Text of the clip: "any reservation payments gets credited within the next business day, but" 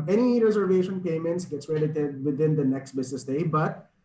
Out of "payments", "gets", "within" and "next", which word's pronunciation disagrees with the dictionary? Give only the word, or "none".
none